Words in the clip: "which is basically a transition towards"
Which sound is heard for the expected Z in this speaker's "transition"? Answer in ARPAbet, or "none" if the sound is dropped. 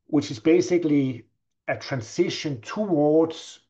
S